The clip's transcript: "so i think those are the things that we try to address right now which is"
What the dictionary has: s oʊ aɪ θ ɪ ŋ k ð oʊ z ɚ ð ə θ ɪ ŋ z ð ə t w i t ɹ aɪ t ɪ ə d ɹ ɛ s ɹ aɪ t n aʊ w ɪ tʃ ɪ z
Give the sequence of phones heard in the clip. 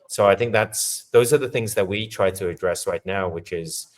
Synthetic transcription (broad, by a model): s oʊ aɪ θ ɪ ŋ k ð oʊ z ɚ ð ə θ ɪ ŋ z ð ə t w i t ɹ aɪ t ɪ ə d ɹ ɛ s ɹ aɪ t n aʊ w ɪ tʃ ɪ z